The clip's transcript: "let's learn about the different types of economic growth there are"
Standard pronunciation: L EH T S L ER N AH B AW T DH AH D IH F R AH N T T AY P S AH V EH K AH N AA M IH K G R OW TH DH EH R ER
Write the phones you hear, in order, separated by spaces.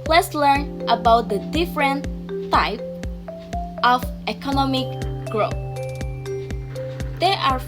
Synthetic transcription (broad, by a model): L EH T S L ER N AH B AW T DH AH D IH F R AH N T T AY P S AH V EH K AH N AA M IH K G R OW TH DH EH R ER